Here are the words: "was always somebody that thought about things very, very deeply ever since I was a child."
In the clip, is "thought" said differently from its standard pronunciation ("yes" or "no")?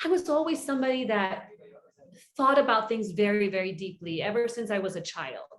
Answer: no